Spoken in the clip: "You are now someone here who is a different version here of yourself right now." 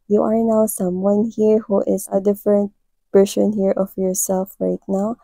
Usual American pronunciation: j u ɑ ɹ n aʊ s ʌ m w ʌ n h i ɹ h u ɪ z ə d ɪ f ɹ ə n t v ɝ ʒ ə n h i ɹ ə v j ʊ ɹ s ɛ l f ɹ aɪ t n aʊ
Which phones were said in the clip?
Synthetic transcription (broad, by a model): j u ɑ ɹ n aʊ s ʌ m w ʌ n h i ɹ h u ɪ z ə d ɪ f ɹ ə n t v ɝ s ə n h i ɹ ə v j ʊ ɹ s ɛ l f ɹ aɪ t n aʊ